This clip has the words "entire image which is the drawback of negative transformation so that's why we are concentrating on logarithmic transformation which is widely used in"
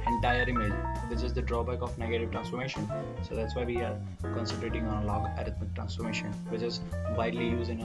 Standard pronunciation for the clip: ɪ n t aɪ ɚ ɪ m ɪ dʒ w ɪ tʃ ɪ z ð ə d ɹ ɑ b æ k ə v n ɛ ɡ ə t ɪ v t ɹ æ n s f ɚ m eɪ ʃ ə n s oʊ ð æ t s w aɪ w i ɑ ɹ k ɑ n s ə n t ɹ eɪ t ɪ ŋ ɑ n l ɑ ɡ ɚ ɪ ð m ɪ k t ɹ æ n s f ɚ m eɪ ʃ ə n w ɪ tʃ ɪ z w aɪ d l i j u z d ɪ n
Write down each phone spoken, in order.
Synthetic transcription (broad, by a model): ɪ n t aɪ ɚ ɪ m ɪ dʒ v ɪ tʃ ɪ z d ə d ɹ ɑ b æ k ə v n ɛ ɡ ə t ɪ v t ɹ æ n s f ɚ m eɪ ʃ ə n s oʊ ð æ t s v aɪ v i ɑ ɹ k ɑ n s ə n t ɹ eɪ t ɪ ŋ ɑ n l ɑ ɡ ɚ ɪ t m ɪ k t ɹ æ n s f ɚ m eɪ ʃ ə n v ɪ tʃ ɪ z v aɪ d l i j u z ɪ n